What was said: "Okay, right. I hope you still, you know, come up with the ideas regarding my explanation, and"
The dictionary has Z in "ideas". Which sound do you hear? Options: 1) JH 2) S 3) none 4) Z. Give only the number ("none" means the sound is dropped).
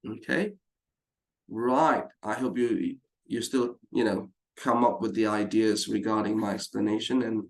4